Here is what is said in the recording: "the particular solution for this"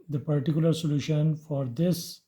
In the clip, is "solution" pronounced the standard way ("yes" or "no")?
yes